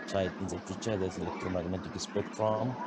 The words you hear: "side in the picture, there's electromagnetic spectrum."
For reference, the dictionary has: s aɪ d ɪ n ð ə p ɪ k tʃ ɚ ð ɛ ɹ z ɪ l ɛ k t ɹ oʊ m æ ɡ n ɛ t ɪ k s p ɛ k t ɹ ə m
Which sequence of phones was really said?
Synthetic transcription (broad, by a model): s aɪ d ɪ n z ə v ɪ tʃ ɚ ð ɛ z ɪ l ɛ k t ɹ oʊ m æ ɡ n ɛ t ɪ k s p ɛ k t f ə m